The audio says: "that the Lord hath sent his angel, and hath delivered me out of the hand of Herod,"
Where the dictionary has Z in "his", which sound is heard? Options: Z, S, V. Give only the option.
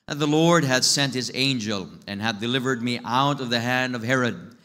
Z